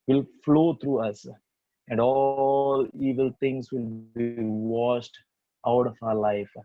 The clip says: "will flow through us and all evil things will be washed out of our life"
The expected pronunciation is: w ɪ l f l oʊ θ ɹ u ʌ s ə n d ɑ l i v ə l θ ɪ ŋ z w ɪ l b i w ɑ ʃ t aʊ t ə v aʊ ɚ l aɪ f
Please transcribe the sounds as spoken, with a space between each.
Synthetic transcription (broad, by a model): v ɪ l f l oʊ t ɹ u ʌ s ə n d ɑ l i v ə l t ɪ ŋ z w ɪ l b i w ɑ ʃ t aʊ t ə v aʊ ɚ l aɪ f